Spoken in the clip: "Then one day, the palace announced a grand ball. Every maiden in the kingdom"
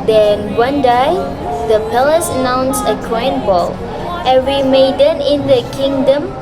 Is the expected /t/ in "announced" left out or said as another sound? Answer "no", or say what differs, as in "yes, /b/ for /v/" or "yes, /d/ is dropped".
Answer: yes, /t/ is dropped